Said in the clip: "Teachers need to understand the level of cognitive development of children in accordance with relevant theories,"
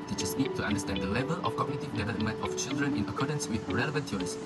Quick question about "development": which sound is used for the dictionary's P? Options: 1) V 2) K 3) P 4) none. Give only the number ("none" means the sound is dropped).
4